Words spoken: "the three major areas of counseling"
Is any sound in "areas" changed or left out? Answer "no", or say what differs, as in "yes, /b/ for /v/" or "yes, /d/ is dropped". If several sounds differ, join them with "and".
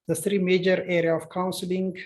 yes, /z/ is dropped